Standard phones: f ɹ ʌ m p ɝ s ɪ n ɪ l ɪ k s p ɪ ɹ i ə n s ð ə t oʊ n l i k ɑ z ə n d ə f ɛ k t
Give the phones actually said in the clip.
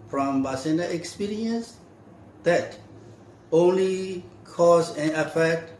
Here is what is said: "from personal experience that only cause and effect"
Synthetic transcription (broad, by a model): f ɹ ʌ m b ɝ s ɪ n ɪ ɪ k s p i ɹ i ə n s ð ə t oʊ n l i k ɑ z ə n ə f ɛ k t